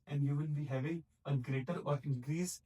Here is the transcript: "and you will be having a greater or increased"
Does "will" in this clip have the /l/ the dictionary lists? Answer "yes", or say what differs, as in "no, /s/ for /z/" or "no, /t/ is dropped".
no, /n/ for /l/